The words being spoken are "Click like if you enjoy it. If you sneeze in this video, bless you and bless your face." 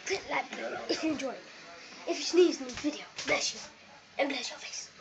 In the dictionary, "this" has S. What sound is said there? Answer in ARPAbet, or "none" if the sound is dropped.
none